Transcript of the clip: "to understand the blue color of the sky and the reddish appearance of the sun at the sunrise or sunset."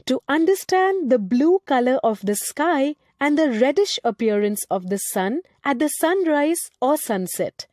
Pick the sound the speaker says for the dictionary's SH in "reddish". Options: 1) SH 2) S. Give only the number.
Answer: 1